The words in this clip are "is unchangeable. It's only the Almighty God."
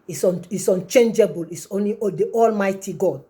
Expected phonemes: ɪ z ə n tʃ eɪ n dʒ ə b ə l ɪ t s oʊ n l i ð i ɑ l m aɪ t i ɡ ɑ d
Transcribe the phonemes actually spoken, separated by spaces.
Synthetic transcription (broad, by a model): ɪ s ə n tʃ eɪ n dʒ ə b ə l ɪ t s oʊ n l i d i ɑ l m aɪ t i ɡ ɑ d